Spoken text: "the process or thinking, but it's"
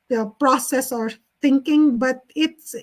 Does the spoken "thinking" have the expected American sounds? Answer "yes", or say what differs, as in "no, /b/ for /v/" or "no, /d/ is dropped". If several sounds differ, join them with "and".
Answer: no, /t/ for /θ/